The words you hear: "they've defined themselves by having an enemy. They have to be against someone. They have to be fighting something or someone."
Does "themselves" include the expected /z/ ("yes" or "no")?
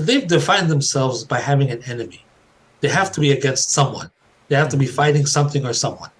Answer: yes